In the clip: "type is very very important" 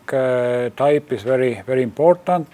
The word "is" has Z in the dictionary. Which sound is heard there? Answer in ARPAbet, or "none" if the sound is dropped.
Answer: S